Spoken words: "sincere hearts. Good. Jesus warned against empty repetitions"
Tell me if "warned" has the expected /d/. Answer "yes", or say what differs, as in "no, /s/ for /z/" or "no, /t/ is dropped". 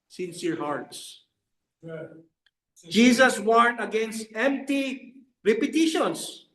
no, /d/ is dropped